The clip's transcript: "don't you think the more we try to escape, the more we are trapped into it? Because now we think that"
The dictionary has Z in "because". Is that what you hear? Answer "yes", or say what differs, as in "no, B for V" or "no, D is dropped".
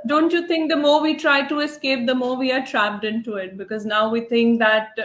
yes